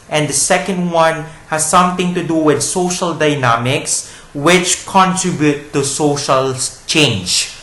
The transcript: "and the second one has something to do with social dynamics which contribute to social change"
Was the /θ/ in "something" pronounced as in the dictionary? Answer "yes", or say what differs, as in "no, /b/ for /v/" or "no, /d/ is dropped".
no, /t/ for /θ/